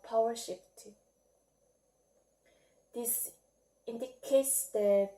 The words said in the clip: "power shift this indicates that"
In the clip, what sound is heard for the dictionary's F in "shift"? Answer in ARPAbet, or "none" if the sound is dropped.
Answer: P